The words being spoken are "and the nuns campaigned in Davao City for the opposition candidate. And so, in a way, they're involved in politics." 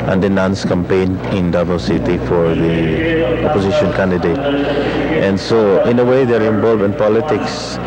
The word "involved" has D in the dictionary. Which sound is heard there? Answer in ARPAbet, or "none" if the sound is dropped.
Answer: none